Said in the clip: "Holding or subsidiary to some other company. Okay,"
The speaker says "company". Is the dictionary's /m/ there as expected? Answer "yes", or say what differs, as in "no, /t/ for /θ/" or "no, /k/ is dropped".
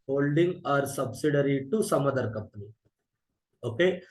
no, /m/ is dropped